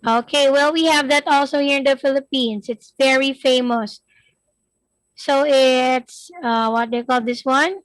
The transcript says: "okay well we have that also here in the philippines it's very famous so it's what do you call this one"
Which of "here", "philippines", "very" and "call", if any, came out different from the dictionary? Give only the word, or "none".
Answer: philippines